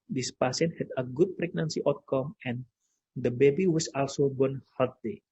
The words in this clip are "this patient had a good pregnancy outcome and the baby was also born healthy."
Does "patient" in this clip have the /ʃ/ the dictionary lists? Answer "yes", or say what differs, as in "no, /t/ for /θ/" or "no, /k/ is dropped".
no, /s/ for /ʃ/